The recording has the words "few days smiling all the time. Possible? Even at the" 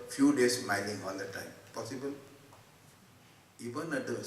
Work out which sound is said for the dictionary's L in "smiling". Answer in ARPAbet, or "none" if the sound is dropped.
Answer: N